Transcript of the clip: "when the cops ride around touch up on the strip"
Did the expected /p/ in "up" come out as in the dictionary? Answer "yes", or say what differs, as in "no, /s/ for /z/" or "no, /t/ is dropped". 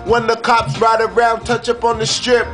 yes